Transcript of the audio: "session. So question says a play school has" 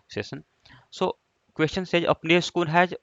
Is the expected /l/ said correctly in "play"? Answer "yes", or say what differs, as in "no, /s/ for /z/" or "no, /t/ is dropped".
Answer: no, /n/ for /l/